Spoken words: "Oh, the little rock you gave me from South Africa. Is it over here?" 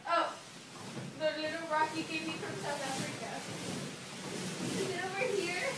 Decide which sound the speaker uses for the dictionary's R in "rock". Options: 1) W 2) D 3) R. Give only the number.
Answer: 3